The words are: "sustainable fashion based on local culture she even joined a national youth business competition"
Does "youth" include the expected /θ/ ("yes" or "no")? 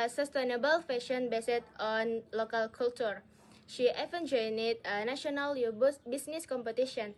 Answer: no